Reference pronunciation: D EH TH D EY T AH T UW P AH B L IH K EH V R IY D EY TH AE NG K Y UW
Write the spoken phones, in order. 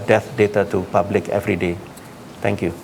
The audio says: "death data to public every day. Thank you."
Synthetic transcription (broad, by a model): D EH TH D EY T AH T UW P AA B L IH K EH V R IY D EY T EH NG K Y UW